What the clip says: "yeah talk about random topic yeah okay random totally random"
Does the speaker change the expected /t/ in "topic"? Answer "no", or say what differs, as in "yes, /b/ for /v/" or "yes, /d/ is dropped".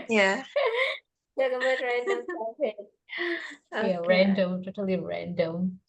yes, /s/ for /t/